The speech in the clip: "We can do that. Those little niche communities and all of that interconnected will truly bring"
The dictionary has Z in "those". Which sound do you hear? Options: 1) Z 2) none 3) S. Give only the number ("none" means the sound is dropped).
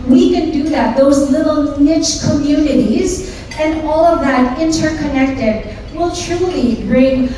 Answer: 1